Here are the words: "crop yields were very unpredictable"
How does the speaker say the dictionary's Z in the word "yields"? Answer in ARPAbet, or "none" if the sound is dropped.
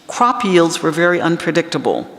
Z